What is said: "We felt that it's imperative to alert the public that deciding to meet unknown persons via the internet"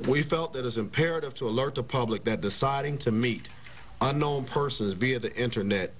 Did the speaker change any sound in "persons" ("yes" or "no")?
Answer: no